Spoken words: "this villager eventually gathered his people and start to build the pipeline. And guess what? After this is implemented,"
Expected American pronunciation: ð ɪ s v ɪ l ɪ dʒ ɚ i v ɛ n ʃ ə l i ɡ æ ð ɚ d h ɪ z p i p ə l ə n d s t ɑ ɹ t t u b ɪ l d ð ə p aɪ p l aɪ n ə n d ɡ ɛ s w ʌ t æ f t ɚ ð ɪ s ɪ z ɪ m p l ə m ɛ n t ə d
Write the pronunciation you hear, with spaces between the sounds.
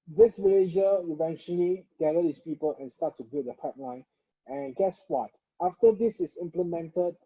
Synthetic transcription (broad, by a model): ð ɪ s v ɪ l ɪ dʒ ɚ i v ɛ n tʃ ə l i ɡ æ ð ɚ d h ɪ s p i p ə l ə n s t ɑ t t u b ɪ d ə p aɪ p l aɪ n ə n ɡ ɛ s w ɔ t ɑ f t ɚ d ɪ s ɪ s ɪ m p l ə m ɛ n t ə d